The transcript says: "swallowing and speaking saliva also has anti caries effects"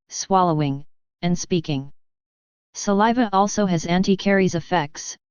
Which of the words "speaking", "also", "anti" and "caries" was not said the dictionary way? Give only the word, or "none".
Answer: none